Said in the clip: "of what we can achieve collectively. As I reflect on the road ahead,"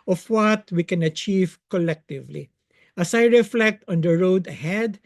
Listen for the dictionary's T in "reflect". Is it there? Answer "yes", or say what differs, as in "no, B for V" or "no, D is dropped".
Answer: yes